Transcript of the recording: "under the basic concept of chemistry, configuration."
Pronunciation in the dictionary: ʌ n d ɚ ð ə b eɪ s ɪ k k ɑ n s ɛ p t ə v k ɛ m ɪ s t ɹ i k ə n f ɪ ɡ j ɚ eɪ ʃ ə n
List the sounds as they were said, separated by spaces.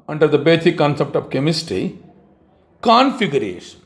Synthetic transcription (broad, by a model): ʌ n d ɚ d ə b eɪ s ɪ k k ɑ n s ɛ p t ə v k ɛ m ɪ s t i k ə n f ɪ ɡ j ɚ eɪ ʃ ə n